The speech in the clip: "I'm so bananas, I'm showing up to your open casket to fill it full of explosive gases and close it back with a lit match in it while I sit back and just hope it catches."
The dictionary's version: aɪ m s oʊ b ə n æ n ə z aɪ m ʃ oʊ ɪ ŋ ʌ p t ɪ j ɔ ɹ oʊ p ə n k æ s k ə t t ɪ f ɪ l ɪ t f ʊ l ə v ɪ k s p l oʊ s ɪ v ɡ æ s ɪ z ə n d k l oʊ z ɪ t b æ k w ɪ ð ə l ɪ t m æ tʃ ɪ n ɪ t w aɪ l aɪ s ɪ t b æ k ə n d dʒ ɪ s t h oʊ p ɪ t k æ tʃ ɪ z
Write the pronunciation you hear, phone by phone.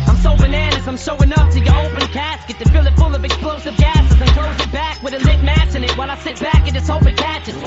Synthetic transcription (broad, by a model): aɪ m s oʊ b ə n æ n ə s aɪ m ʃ oʊ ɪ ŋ ʌ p t ɪ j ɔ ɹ oʊ p ə n k æ s k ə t t ɪ f ɪ l ɪ t f ʊ l ə v ɪ k s p l oʊ s ɪ v ɡ æ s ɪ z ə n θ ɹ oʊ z ɪ t b æ k w ɪ ð ə l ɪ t m æ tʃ ɪ n ɪ t w aɪ l aɪ s ɪ t b æ k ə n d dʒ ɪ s h oʊ p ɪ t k æ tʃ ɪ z